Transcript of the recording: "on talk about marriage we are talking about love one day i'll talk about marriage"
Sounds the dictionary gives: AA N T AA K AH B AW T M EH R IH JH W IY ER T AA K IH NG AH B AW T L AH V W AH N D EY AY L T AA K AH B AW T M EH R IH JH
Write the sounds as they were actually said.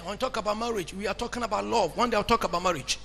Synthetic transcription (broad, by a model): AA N T AA K AH B AW T M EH R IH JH W IY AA T AA K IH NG AH B AW T L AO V W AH N D EY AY W T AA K AH B AW T M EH R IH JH